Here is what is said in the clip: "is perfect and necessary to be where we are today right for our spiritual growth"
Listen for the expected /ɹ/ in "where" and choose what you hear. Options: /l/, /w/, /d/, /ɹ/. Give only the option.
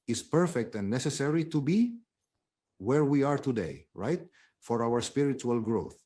/ɹ/